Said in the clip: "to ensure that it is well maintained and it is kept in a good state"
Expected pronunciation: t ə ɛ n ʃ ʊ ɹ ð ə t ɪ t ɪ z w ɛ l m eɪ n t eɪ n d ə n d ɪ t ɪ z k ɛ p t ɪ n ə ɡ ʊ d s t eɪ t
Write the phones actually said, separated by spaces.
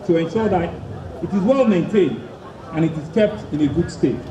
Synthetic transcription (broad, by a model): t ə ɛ n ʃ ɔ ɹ ð ə t ɪ t ɪ z w ɛ l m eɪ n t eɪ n ə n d ɪ t ɪ z k ɛ p t ɪ n ə ɡ ʊ d s t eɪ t